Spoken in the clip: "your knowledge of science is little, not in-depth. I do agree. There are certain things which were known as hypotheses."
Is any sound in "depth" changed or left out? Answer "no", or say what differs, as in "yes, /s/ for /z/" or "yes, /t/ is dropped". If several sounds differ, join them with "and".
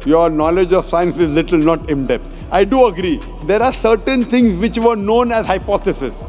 yes, /t/ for /θ/